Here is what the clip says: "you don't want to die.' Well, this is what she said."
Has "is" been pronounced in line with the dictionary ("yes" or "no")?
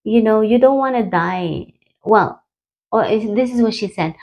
yes